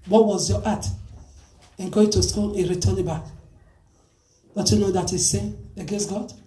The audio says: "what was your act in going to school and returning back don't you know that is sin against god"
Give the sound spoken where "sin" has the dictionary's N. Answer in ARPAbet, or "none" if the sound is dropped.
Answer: none